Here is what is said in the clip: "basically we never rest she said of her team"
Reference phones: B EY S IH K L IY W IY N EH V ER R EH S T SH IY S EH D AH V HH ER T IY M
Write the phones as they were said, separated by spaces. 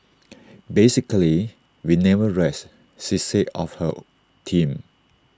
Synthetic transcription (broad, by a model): B EY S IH K L IY W IY N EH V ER R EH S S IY S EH AH F HH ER T IY M